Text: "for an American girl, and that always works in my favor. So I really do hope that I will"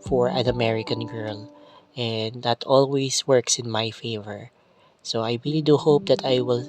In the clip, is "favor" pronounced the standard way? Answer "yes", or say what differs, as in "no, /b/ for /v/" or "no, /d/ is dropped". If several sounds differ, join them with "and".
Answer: yes